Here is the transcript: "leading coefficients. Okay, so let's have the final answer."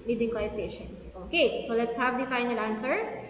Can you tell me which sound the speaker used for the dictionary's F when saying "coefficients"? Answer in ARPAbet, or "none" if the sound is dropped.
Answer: P